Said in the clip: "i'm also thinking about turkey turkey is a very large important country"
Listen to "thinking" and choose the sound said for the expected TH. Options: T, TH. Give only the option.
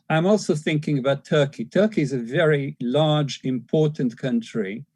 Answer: TH